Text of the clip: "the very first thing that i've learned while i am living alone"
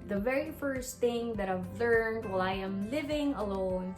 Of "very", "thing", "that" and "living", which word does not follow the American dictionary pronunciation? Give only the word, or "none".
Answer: none